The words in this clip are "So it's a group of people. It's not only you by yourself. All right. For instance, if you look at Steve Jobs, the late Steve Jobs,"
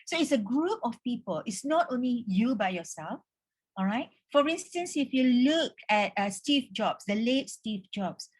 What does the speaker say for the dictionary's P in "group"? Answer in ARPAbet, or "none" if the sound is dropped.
P